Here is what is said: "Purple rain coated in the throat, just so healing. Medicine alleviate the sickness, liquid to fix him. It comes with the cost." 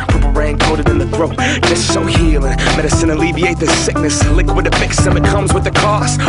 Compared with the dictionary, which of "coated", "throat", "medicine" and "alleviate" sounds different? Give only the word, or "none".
none